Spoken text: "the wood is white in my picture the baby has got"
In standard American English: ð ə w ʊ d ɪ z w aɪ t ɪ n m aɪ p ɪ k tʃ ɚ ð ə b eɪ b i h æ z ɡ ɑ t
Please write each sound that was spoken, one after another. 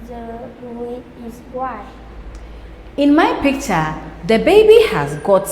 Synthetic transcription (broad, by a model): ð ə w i ɪ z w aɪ ɪ n m aɪ p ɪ k tʃ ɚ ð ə b eɪ b i h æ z ɡ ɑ t